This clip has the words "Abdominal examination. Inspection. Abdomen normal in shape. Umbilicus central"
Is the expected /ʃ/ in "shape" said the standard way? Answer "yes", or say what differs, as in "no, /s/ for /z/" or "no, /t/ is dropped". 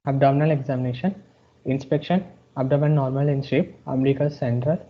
no, /s/ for /ʃ/